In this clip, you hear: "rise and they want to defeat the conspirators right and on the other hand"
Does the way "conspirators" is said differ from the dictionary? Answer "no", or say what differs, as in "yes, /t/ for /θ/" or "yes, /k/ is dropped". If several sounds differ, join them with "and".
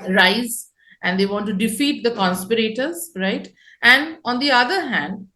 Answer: no